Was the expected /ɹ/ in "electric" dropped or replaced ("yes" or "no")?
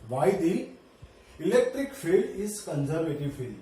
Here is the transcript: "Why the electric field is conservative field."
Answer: no